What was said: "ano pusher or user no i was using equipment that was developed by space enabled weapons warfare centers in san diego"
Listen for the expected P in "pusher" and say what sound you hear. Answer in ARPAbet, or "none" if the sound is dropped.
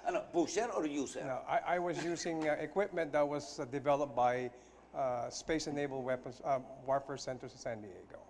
B